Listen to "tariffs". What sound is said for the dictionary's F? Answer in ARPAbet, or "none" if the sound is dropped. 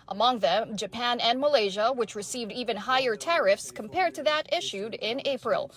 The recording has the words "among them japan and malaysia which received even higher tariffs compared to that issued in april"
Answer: F